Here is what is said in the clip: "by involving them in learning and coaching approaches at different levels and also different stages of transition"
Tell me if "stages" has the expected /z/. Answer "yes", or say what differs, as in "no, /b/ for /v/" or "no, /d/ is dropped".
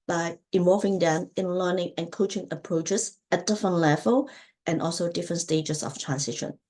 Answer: no, /s/ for /z/